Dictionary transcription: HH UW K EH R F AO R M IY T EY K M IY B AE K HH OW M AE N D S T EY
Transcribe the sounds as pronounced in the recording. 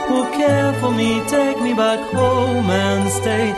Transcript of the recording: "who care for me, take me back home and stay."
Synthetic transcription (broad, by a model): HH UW K EH R F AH L M IY T EY K M IY B AE K HH OW M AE N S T EY